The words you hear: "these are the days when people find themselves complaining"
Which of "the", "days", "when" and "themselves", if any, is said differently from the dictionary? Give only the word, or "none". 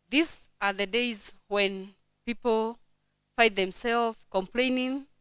themselves